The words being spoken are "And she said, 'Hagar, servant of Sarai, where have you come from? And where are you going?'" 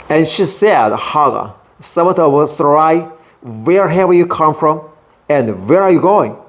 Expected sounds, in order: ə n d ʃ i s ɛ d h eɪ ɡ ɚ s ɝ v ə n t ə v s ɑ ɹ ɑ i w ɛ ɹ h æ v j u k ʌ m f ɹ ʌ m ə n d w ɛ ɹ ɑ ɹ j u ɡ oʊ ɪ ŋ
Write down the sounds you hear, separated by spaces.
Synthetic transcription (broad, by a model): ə n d ʃ i s ɛ d h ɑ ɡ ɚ s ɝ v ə t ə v s ɑ ɹ ɑ i w ɛ ɹ h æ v j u k ʌ m f ɹ ʌ m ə n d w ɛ ɹ ɑ ɹ j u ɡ oʊ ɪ ŋ